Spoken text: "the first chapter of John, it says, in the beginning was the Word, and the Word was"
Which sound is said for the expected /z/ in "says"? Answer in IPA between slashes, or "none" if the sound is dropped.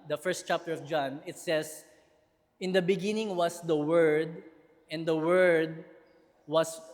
/s/